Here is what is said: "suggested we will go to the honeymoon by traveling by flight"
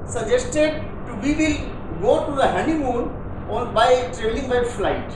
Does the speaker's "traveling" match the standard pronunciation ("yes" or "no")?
no